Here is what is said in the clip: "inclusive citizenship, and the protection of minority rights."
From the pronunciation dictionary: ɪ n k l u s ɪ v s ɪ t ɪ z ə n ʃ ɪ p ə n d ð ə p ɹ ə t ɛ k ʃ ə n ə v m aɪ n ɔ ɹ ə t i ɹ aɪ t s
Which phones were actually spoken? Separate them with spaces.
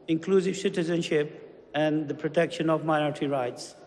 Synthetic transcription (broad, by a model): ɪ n k l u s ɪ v s ɪ t ɪ z ə n ʃ ɪ p ə n d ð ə p ɹ ə t ɛ k ʃ ə n ə v m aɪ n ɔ ɹ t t i ɹ aɪ t s